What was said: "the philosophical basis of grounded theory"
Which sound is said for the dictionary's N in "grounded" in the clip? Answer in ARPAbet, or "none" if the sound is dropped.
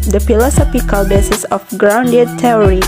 N